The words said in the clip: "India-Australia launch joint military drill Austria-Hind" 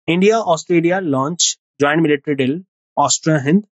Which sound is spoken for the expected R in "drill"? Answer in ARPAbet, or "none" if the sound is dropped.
none